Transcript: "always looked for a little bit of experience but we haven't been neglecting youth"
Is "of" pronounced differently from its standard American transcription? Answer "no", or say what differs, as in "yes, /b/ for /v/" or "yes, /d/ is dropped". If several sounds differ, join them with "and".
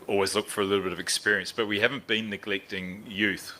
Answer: no